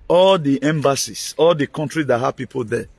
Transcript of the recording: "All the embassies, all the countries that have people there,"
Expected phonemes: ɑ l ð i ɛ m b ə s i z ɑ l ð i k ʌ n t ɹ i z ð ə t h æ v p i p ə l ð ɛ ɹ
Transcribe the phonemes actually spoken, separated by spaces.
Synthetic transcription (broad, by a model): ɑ l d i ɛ m b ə s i s ɑ l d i k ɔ n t ɹ i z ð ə t h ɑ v p i p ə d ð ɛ